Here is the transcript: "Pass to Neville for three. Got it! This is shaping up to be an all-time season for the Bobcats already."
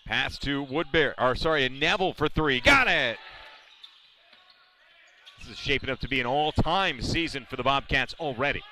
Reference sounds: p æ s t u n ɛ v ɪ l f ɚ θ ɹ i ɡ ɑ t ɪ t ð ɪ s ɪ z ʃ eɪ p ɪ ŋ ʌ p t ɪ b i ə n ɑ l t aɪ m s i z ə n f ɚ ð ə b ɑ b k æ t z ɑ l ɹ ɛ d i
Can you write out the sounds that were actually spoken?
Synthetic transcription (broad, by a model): p æ s t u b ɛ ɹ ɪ l f ɚ θ ɹ i ɡ ɑ t ɪ t ð ɪ s ɪ z ʃ eɪ p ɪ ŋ ʌ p t ɪ b i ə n ɑ l t aɪ m s i z ə n f ɚ ð ə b ɑ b k æ t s l ɹ ɛ d i